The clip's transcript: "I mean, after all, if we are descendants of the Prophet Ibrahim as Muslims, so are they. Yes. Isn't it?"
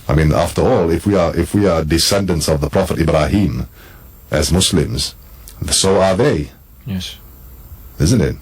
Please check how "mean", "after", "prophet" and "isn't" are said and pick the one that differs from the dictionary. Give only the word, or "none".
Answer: none